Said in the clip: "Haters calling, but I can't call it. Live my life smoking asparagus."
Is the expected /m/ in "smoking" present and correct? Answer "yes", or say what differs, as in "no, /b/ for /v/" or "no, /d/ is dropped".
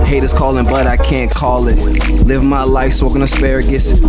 no, /m/ is dropped